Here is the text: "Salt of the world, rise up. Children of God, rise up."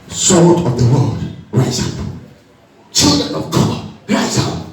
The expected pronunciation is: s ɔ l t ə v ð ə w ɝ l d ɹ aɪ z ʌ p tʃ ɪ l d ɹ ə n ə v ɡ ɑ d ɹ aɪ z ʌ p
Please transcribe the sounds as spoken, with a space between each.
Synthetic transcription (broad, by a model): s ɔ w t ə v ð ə w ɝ l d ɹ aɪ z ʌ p tʃ ɪ l d ɹ ə n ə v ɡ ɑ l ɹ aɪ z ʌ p